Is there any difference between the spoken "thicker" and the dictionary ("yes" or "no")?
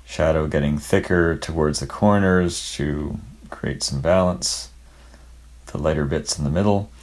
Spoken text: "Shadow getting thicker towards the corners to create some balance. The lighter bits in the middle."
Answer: no